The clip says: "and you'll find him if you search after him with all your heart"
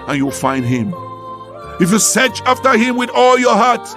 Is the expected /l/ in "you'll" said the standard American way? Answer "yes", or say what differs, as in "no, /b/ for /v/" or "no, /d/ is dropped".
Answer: yes